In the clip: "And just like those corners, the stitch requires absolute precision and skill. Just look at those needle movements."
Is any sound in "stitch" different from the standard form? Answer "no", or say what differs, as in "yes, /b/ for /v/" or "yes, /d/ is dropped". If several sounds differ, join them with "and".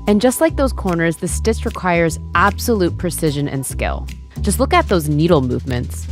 yes, /s/ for /tʃ/